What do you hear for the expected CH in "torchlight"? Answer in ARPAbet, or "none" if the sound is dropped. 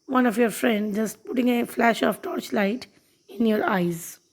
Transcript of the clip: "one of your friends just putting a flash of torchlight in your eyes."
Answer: CH